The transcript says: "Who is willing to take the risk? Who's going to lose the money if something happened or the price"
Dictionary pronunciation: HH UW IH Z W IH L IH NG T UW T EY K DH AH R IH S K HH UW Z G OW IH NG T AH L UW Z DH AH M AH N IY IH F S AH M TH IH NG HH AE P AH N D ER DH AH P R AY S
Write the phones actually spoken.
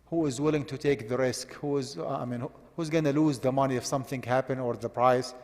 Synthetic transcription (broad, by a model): HH UW IH Z W IH L IH NG T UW T EY K DH AH R IH S K HH UW Z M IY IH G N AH L UW Z DH AH M AH N IY IH F S AH M TH IH NG HH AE P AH N ER DH AH P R AY S